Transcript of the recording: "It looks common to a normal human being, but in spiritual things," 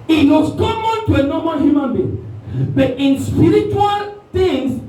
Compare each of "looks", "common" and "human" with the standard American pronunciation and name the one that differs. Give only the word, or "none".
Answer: looks